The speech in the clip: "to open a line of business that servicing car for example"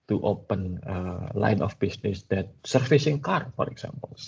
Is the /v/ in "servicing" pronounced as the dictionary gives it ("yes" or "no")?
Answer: no